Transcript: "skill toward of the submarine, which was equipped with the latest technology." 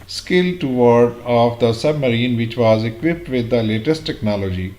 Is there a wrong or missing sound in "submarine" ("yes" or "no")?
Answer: no